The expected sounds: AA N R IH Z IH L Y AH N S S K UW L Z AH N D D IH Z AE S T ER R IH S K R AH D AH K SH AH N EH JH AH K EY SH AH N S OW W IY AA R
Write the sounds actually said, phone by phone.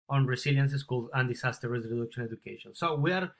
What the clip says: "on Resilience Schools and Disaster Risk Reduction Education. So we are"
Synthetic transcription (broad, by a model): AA N R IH S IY L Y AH N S S K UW L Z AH N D D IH S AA S T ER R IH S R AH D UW K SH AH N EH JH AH K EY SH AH N S OW W IY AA R